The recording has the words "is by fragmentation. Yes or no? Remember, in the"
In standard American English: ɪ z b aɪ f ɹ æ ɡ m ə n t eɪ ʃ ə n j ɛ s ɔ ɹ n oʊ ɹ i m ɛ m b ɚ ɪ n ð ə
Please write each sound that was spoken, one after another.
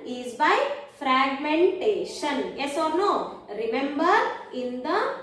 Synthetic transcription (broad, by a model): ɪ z b aɪ f ɹ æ ɡ m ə n t eɪ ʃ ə n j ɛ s ɔ ɹ n oʊ ɹ i m ɛ m b ɚ ɪ n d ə